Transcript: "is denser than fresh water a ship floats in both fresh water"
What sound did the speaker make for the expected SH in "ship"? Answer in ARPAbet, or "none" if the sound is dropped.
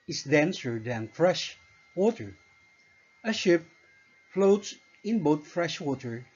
SH